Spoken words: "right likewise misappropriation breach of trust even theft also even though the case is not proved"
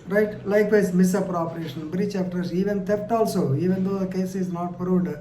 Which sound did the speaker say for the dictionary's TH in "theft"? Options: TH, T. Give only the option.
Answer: T